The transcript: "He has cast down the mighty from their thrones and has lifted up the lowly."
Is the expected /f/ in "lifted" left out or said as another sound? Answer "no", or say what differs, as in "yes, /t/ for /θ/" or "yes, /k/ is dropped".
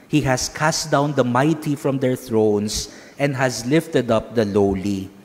no